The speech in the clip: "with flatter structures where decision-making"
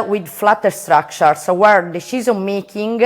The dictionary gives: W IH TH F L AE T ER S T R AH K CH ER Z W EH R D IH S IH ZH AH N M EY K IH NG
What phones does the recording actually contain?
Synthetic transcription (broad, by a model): W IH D F L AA T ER S T R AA K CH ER S W EH R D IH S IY Z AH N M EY K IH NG